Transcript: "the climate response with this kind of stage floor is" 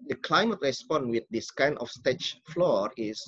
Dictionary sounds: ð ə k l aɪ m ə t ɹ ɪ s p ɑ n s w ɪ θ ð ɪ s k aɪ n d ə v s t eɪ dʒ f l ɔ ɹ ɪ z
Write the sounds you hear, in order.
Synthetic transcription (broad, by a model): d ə k l aɪ m ə t ɹ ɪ s p ɑ n w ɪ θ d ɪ s k aɪ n ə f s t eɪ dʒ f l ɔ ɹ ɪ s